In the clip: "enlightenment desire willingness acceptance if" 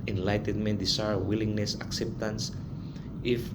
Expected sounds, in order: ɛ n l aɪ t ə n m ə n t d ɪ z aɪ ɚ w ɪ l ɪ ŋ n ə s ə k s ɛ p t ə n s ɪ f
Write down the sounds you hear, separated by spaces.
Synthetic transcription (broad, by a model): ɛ n l aɪ t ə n m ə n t d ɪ s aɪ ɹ w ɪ l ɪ ŋ n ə s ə k s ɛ p t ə n s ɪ f